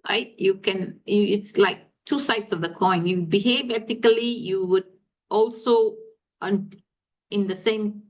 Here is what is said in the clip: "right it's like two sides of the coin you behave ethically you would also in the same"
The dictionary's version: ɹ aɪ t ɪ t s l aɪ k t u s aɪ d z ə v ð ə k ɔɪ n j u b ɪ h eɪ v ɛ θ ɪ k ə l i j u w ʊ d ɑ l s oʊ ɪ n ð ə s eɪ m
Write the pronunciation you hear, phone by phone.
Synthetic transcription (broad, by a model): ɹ aɪ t ɪ t s l aɪ k t u s aɪ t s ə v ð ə k ɔɪ n j u b ɪ h eɪ v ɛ t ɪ k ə l i j u w ʊ d ɑ l s oʊ ɪ n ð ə s eɪ m